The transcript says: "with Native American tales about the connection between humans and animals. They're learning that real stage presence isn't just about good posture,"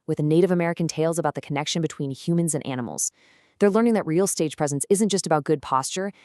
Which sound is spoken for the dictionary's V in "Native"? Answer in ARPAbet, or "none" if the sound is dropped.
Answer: V